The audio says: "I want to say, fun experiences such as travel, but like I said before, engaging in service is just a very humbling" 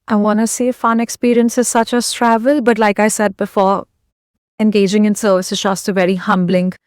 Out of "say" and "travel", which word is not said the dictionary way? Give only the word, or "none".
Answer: none